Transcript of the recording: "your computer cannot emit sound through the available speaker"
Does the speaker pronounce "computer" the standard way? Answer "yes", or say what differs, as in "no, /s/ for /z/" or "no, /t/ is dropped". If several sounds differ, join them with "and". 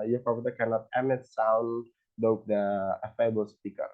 no, /m/ is dropped